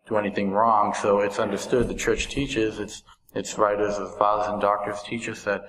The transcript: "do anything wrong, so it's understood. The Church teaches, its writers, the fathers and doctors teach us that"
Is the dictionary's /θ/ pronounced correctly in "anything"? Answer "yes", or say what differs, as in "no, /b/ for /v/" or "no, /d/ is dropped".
yes